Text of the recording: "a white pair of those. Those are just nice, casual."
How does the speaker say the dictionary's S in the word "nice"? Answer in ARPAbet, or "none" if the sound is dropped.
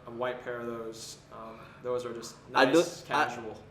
none